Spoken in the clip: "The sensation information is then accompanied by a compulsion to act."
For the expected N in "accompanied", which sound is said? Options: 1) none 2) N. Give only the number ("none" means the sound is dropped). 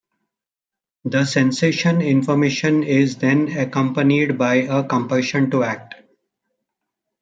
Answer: 2